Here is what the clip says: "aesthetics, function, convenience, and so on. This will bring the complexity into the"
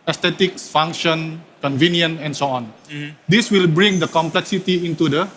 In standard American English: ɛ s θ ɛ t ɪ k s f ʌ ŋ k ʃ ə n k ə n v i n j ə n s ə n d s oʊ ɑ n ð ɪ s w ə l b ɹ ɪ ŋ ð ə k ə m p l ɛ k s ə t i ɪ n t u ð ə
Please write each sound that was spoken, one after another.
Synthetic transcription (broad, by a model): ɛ s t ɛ t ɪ k s f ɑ ŋ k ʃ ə n k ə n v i n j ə n ə n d s oʊ ɑ n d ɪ s w ə l b ɹ ɪ ŋ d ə k ə m p l ɛ k s ə t i ɪ n t u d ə